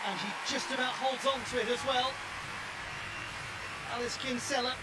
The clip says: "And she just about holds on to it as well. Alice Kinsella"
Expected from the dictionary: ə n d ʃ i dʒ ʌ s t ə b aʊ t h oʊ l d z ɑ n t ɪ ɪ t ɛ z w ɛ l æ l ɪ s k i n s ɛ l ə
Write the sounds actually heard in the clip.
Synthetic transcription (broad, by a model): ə n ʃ i dʒ ʌ s t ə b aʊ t h oʊ l d z n t ɪ ɪ t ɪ z w ɛ l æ l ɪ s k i n s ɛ l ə